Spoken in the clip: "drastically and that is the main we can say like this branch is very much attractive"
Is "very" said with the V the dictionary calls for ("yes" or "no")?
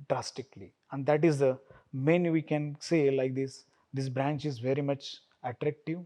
yes